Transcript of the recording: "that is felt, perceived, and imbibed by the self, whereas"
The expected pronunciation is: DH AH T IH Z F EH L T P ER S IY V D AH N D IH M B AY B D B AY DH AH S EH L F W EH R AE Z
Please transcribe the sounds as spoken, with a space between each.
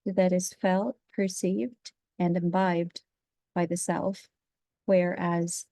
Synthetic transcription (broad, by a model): DH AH T IH Z F EH L T P ER S IY V D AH N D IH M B AY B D B AY DH AH S EH L F W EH R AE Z